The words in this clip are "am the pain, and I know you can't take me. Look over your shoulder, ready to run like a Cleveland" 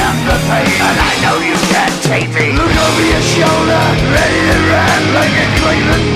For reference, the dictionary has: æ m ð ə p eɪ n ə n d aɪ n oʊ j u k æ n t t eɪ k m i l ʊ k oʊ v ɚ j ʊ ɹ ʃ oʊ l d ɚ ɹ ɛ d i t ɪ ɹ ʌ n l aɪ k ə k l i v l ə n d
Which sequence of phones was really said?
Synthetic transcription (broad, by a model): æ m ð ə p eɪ ə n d aɪ n oʊ j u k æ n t t eɪ k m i l ʊ k oʊ v ɚ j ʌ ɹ ʃ oʊ l d ɚ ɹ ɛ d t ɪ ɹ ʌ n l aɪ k ə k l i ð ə